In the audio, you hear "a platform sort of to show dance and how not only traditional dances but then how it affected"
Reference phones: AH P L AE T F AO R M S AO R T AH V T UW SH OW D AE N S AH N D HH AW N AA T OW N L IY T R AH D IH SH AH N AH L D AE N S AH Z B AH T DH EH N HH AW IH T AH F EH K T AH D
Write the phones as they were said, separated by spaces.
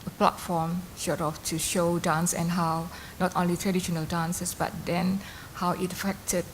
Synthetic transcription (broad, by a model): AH P L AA T F AO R M SH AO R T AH F T UW SH OW D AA N S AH N HH AW N AA T OW N L IY T R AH D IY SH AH N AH L D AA N S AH S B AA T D EH N HH AW IH T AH F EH K T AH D